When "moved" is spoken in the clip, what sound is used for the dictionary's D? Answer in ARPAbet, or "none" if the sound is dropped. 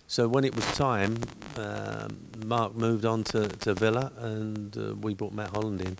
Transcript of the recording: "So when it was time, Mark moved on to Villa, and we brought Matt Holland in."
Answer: D